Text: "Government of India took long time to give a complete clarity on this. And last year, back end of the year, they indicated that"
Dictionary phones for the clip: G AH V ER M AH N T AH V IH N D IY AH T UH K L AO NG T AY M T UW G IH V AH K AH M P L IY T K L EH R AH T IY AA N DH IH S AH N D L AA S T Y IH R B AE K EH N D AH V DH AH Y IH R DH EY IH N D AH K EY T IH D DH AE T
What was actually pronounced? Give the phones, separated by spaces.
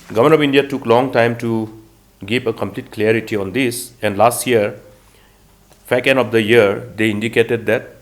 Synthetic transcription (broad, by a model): G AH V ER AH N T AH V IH N D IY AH T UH K L AO NG T AY M T UW G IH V AH K AH M P L IY T K L EH R AH T IY AA N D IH S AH N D L AA S T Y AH R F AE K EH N AH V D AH Y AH R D EY IH N D AH K EY T IH D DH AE T